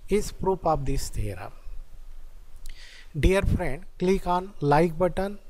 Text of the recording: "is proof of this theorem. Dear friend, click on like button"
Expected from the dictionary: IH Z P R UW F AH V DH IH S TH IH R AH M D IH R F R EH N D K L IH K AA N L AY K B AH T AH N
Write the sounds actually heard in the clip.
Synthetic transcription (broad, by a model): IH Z P R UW P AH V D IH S T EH R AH D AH R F R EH N D K L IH K AA N L AY K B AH T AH N